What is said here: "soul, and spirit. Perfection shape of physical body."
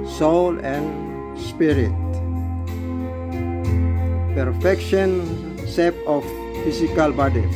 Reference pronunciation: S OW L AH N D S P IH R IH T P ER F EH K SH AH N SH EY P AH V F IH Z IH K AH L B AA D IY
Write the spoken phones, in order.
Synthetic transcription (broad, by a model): S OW L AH N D S P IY R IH T P ER F EH K SH AH N S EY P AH F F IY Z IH K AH L B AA D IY